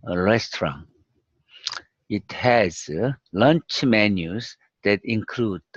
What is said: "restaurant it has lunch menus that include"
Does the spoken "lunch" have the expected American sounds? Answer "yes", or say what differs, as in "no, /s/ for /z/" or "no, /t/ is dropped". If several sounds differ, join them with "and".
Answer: yes